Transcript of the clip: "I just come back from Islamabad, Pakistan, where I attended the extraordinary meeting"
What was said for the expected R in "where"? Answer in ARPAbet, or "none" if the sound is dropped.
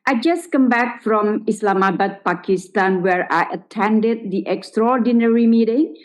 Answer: R